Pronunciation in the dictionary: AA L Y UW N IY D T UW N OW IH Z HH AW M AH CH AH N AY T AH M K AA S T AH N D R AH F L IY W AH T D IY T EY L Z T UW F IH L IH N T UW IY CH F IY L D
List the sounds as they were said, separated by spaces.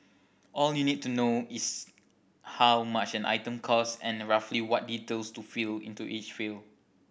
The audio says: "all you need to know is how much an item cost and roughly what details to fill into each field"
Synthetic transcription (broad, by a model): AA L Y UW N IY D T UW N OW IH S HH AW M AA CH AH N AY T AH M K AA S AH N R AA F L IY W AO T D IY T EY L S T UW F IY L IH N T UW IY CH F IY L